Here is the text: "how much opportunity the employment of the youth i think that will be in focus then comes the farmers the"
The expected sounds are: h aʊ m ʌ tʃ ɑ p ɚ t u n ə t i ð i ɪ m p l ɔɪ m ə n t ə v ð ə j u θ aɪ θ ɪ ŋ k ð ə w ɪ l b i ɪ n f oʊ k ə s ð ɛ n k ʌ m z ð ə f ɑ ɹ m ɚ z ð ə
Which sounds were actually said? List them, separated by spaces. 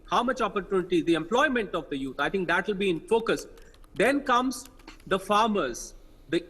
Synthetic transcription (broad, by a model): h aʊ m ʌ tʃ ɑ p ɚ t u n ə t i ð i ɪ m p l ɔɪ m ə n t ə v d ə j u t aɪ t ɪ ŋ k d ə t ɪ l b i ɪ n f oʊ k ə s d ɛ n k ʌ m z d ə f ɑ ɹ m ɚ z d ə